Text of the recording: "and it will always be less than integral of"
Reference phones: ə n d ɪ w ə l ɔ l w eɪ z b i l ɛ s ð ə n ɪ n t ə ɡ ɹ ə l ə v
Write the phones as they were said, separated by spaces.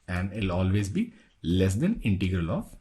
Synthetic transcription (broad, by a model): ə n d ɪ l ɔ l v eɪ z b i l ɛ s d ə n ɪ n t ə ɡ ɹ ə l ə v